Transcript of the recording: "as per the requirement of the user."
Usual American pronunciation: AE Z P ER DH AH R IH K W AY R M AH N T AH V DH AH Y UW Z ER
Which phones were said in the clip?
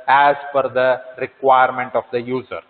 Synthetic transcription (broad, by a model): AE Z F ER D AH R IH K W AY R M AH N T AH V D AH Y UW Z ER